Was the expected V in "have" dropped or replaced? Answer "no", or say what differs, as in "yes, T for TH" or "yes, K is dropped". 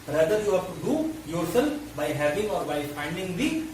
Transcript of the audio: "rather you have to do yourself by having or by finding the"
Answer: yes, F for V